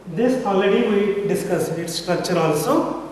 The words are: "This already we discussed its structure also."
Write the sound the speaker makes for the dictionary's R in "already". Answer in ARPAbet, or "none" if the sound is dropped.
none